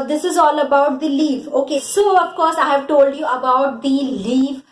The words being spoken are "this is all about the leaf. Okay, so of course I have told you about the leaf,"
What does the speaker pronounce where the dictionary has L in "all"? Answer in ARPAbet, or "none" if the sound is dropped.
L